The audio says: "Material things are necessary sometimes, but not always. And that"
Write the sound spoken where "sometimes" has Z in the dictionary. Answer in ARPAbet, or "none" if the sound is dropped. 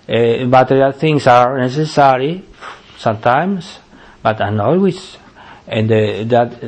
S